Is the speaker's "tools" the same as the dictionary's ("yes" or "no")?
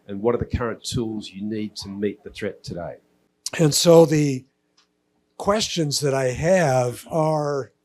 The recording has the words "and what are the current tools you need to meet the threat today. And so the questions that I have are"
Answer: yes